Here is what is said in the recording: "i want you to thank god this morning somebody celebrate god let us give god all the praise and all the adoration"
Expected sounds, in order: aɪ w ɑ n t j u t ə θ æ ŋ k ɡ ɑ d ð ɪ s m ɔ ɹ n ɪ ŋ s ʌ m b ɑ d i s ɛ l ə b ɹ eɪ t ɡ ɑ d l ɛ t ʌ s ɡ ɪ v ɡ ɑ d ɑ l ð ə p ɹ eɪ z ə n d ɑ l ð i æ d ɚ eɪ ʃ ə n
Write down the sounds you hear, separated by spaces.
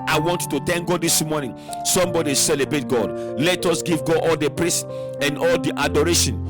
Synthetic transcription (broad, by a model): aɪ w ɑ n t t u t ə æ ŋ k ɡ ɑ d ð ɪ s m ɔ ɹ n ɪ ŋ s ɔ m b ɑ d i s ɛ l ə b ɹ eɪ t ɡ ɑ d l ɛ t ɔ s ɡ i v ɡ ɑ d ɑ l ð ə p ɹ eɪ s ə n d ɑ l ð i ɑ d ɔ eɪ ʃ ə n